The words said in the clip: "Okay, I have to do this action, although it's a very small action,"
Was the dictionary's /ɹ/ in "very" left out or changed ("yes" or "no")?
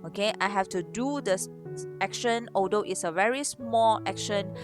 no